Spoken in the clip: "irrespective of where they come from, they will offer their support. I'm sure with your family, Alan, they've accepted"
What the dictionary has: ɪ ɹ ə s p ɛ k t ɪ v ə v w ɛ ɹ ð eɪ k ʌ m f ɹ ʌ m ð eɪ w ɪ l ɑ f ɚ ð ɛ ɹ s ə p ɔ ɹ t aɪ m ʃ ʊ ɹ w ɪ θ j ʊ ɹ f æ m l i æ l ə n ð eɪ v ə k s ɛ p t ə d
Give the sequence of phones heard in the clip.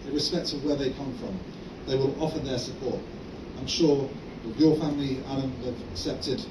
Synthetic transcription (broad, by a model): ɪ ɹ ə s p ɛ k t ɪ ə v w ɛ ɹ ð eɪ k ʌ m f ɹ ʌ m ð eɪ w ɪ l ɑ f ɚ ð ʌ ɹ s ə p ɔ ɹ t aɪ m ʃ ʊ ɹ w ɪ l j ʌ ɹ f æ m l i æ n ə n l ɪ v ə k s ɛ p t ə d